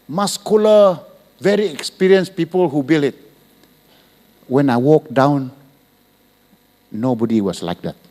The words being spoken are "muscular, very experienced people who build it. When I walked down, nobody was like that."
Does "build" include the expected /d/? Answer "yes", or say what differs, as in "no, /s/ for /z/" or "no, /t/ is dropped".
no, /d/ is dropped